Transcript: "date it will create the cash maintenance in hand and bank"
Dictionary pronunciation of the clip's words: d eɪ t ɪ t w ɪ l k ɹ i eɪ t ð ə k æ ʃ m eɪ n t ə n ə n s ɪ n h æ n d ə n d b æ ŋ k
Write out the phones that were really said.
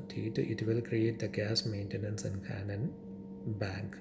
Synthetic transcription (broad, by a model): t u t ɪ t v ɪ l k ɹ i eɪ t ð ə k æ s m eɪ n t ə n ə n s ɪ n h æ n ə n b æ ŋ k